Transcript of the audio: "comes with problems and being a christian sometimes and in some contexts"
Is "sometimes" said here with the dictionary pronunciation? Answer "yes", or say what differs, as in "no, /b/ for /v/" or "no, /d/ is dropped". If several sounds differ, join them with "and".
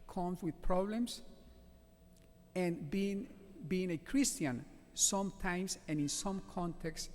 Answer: no, /s/ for /z/